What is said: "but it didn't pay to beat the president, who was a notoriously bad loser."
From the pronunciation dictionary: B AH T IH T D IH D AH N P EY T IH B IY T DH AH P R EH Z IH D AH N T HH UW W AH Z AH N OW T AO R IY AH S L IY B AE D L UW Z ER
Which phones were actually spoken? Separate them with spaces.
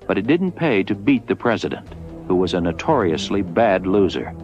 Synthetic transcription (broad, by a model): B AH T IH T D IH D N P EY T IH B IY T DH AH P R EH Z IH D AH N T HH UW W AH Z AH N OW T AO R IY AH S L IY B AE D L UW Z ER